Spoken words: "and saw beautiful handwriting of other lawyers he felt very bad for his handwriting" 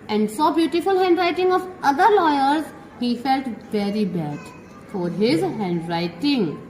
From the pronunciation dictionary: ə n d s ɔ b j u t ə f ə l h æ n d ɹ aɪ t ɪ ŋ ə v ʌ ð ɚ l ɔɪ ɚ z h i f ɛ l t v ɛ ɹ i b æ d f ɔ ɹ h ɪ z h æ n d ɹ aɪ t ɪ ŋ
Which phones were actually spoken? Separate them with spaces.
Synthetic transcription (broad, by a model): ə n d s ɔ b j u t ə f ə l h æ n d ɹ aɪ t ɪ ŋ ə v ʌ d ɚ l ɔɪ ɚ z h i f ɛ l t v ɛ ɹ i b æ d f ɔ ɹ h ɪ z h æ n d ɹ aɪ t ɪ ŋ